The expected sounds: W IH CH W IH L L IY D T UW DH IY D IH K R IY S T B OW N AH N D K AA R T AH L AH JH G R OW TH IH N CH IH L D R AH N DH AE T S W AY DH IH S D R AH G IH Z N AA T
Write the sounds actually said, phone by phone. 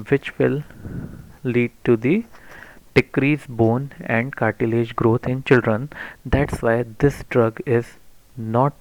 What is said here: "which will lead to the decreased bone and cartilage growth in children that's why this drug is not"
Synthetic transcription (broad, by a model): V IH CH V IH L L IY D T UW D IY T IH K R IY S B OW N AH N D K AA R T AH L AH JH G R OW T IH N CH IH L D R AH N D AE T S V AY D IH S D R AH G IH Z N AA T